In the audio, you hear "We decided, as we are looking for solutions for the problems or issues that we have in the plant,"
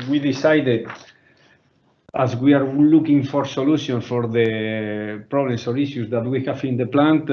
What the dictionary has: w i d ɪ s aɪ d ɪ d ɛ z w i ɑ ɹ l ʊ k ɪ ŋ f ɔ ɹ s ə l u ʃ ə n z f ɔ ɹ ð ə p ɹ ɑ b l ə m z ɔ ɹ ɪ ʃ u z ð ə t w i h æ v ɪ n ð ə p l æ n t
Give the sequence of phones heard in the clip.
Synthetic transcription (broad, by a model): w i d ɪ s aɪ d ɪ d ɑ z w i ɑ ɹ l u k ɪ ŋ f ɔ ɹ s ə l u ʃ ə n f ɔ ɹ ð ə p ɹ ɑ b l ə m s ɔ ɹ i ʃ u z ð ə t w i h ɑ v ɪ n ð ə p l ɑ n t